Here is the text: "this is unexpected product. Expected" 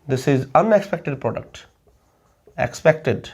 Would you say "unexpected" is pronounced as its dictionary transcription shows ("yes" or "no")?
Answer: yes